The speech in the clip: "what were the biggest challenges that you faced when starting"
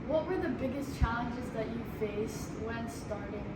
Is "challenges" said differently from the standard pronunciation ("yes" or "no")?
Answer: no